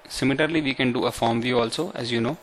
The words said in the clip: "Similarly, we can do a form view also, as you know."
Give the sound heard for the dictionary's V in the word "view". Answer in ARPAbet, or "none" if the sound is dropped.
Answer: V